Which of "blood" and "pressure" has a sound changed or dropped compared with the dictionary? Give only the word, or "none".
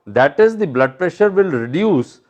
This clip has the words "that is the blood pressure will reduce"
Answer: none